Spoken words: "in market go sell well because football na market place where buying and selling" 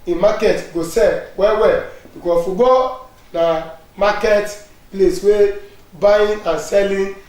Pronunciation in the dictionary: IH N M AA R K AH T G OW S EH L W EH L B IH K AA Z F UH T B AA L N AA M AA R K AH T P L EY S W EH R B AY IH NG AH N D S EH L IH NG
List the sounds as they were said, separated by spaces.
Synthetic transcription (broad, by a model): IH M AA K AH T G OW S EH W W EH L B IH K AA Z F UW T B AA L N AA M AA K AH T P L EY S W EH B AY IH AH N S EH L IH